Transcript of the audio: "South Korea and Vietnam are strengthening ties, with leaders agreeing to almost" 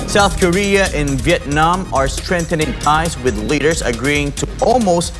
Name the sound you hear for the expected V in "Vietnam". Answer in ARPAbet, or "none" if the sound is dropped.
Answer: V